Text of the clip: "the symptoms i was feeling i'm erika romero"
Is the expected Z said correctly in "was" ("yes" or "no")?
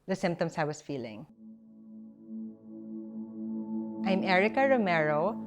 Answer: no